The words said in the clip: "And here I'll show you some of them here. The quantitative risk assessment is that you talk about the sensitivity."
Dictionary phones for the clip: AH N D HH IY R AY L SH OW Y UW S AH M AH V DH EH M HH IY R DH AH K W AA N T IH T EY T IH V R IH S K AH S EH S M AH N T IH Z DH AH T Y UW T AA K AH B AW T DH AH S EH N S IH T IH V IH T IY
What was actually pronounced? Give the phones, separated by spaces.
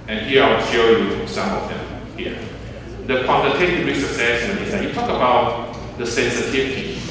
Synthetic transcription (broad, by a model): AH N HH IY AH AY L SH OW Y UW S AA M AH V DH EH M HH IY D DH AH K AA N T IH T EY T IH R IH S AH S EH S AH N IH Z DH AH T Y UW T AA K AH B AW T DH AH S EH N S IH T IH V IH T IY